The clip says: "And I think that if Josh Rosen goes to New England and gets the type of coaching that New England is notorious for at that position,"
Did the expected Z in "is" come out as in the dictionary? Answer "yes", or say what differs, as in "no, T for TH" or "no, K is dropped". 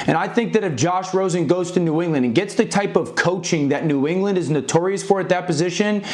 yes